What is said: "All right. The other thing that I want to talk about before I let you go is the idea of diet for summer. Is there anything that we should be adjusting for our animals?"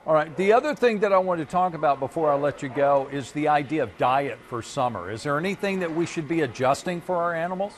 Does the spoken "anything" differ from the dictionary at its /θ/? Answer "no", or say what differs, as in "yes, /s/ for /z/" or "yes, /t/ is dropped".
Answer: no